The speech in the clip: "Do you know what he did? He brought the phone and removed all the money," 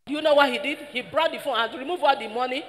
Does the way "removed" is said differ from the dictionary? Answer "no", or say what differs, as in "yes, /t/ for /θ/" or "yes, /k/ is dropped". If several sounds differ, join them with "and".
yes, /d/ is dropped